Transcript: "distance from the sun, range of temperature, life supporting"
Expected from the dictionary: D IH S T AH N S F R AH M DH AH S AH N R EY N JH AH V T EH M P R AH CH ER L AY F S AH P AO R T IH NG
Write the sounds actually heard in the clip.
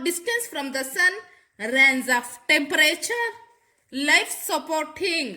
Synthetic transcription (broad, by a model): D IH S T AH N S F R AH M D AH S AH N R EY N Z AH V T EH M P R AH CH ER L AY F S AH P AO R T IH NG